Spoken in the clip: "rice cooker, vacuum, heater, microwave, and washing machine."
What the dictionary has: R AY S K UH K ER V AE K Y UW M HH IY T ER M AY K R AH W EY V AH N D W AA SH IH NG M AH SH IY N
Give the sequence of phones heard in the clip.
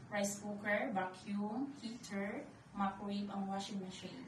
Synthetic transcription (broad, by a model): R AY S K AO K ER B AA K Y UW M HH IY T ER M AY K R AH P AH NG W AA SH IH NG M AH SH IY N